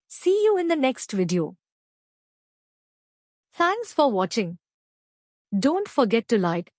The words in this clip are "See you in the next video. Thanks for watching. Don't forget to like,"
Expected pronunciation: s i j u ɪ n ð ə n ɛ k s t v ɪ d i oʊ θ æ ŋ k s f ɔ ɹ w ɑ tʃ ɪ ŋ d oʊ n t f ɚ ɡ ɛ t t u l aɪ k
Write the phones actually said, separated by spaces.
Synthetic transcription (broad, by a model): s i j u ɪ n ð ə n ɛ k s t v ɪ d i oʊ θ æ ŋ k s f ɔ ɹ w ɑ tʃ ɪ ŋ d oʊ n t f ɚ ɡ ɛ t t u l aɪ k